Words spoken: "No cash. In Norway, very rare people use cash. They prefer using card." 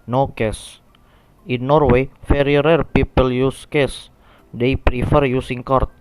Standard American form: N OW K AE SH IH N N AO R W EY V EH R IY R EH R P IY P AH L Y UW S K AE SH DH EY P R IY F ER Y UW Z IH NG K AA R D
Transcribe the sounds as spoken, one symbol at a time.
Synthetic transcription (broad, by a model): N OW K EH S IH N N AO R W EY F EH R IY R EH R P IY P AH L Y UW S K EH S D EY P R IY F ER Y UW S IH NG K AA R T